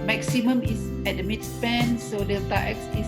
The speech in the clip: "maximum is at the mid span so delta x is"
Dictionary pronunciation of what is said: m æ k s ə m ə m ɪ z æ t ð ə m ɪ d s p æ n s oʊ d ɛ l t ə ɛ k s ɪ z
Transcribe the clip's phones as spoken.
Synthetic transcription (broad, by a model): m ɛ k s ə m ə m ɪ s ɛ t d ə m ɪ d s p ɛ n s oʊ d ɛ t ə ɛ k s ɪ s